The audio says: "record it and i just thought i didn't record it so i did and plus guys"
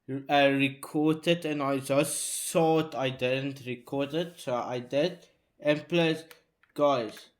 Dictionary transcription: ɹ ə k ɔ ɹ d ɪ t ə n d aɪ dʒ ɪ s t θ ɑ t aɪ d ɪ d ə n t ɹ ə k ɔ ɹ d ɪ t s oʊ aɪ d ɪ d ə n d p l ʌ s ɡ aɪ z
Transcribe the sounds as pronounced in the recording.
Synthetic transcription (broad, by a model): ɹ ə k ɔ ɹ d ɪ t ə n aɪ dʒ ɪ s t s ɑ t aɪ d ɪ d ə n t ɹ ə k ɔ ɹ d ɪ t s oʊ aɪ d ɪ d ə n p l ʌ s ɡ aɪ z